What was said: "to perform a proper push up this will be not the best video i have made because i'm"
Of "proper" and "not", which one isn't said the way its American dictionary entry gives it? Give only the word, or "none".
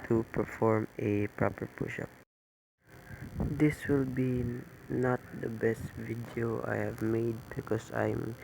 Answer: none